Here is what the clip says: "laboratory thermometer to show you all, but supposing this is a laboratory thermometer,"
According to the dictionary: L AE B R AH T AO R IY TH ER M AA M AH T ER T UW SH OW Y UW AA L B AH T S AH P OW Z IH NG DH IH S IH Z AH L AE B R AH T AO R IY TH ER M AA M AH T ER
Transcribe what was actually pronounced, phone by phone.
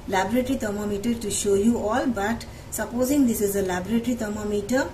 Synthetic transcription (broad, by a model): L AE B R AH T R IY T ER M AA M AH T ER T UW SH OW Y UW AA L B AH T S AH P OW Z IH NG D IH S IH Z AH L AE B R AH T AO R IY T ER M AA M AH T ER